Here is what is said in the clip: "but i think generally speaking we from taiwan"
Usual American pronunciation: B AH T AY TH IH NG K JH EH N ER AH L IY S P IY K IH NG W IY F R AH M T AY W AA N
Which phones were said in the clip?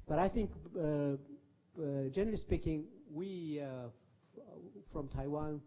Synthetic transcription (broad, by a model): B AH T AY TH IH NG K JH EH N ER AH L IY S P IY K IH NG W IY F R AH M T AY W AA N